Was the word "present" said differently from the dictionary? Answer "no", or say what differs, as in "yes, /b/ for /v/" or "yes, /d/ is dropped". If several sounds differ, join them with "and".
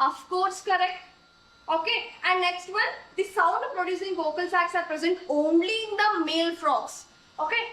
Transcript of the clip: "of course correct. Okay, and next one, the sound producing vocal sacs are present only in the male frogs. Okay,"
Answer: no